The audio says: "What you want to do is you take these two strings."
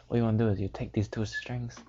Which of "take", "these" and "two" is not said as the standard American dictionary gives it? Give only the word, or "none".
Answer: these